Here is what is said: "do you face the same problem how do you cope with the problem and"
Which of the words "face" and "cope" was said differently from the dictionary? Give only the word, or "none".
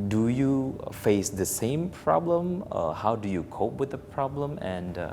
none